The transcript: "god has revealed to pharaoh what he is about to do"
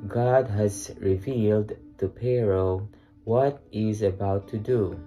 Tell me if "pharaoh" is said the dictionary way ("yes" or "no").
no